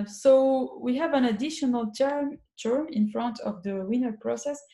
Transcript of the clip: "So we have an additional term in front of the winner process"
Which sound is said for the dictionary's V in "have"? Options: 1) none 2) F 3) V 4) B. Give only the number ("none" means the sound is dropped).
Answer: 3